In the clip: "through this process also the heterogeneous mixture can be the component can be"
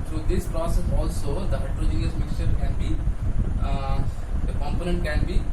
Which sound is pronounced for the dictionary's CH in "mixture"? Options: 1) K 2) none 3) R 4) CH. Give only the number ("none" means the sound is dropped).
4